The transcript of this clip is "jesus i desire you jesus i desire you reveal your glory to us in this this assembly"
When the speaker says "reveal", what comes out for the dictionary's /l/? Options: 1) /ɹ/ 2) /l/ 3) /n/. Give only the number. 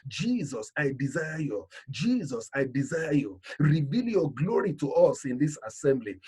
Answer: 2